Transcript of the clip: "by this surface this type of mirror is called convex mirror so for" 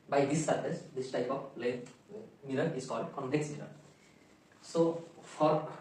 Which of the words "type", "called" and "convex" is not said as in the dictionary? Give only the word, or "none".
convex